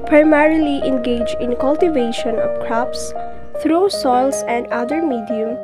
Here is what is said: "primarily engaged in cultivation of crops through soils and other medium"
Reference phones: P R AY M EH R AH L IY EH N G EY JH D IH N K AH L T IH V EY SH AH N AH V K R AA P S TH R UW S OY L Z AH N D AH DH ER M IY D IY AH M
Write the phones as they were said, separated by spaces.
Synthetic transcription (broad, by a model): P R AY M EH R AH L IY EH N G EY JH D IH N K AH L T IH V EY SH AH N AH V K R AA P S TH R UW S OY L S AH N D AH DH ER M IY D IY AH M